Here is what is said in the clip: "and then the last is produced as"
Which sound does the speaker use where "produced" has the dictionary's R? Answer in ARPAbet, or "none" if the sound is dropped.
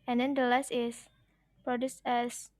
R